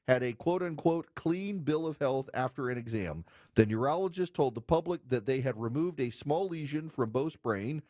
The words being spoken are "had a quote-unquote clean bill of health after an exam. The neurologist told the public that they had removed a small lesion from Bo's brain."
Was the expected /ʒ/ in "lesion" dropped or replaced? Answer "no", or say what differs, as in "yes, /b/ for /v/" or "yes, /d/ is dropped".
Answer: no